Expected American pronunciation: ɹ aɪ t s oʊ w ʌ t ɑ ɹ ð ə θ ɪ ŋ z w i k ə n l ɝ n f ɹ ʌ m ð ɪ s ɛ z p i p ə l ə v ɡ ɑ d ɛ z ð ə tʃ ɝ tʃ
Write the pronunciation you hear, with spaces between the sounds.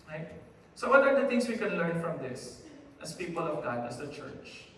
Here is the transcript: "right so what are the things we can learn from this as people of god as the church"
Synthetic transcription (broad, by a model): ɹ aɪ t s oʊ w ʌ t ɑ ɹ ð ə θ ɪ ŋ s w i k ə n l ɝ n f ɹ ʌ m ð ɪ s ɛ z p i p ə l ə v ɡ ɑ d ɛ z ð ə tʃ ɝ tʃ